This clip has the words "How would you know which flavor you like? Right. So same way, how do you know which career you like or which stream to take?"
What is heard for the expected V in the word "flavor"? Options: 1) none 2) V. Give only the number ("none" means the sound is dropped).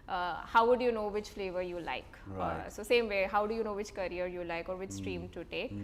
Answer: 2